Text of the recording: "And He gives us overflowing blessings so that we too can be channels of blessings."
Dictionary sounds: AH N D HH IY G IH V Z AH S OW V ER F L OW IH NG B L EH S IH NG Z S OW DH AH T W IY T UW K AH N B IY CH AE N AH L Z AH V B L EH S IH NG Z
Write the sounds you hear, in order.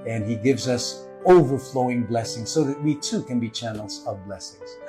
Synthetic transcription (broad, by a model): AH N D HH IY G IH V Z AH S OW V ER F L OW IH NG B L EH S IH NG Z S OW DH AH T W IY T UW K AH N B IY CH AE N L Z AH V B L EH S IH NG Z